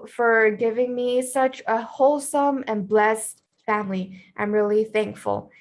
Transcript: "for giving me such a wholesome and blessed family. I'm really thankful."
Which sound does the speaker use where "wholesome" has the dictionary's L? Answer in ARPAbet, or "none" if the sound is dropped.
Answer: L